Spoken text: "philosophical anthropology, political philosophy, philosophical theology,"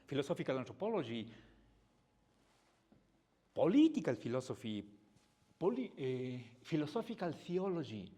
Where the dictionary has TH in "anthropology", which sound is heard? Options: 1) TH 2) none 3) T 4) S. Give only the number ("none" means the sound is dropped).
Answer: 3